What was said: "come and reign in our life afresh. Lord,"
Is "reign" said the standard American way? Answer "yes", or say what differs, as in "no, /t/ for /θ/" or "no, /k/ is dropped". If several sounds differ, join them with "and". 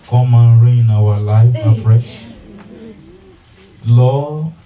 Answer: no, /n/ is dropped